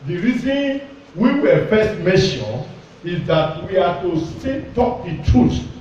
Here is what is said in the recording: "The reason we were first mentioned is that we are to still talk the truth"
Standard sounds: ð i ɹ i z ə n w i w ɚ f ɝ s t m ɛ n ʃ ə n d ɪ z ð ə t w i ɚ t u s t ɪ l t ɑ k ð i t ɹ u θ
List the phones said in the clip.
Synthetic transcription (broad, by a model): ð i ɹ i z ə n w i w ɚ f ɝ s t m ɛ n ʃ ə n ɪ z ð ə t w i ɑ t u s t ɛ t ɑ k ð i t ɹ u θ